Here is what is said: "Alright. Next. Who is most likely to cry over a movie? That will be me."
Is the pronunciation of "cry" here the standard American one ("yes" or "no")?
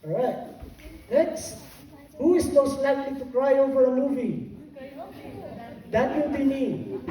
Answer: yes